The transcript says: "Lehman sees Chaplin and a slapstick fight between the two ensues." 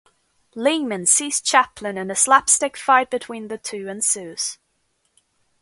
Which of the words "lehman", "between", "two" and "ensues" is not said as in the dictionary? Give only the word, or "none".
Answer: none